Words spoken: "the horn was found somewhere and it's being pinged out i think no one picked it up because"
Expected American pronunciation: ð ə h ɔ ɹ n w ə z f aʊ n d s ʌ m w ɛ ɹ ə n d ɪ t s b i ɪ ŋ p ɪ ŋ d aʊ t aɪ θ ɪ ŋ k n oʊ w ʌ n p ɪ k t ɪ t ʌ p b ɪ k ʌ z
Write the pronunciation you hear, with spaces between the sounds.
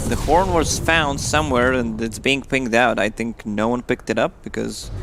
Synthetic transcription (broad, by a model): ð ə h ɔ ɹ n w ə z f aʊ n d s ʌ m w ɛ ɹ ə n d ɪ t s b i ɪ ŋ p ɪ ŋ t aʊ t aɪ θ ɪ ŋ k n oʊ w ʌ n p ɪ k t ɪ t ʌ p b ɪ k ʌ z